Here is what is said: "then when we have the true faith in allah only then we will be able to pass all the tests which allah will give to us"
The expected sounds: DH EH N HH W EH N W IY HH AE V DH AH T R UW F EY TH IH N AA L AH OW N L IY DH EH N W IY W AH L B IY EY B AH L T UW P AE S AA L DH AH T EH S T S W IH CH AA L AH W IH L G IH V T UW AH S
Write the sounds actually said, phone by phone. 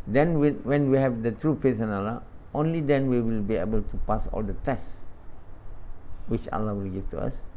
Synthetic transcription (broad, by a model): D EH N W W EH N W IY HH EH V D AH T R UW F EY S IH N AA L AH OW N L IY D EH N W IY W AH L B IY EY B AH L T UW P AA S AA L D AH T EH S S W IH CH AA L AH W IH L G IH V T UW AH S